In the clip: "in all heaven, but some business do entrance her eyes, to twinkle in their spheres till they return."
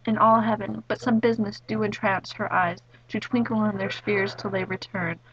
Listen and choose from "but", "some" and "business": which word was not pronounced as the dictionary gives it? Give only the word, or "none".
none